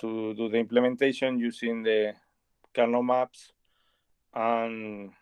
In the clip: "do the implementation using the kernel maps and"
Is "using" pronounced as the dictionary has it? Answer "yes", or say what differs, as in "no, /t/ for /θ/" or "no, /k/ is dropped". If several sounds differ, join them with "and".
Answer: no, /s/ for /z/